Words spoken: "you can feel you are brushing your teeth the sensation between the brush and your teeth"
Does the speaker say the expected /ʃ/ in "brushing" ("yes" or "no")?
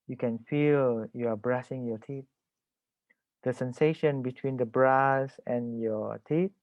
no